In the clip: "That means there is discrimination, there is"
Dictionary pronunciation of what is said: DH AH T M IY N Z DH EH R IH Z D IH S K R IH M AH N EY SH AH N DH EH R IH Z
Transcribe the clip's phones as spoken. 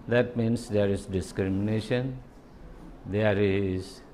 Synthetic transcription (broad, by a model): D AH T M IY N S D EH R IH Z D IH S K R IH M AH N EY SH AH N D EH R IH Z